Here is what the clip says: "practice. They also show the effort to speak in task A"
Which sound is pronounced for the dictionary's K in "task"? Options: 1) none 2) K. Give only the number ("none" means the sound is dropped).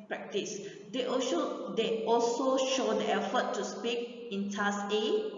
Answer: 1